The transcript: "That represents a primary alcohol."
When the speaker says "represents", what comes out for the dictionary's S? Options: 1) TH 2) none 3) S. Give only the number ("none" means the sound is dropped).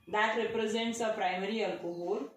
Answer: 3